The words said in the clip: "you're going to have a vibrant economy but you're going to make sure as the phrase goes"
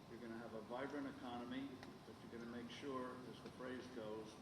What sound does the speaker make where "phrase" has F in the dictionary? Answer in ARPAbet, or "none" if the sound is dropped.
F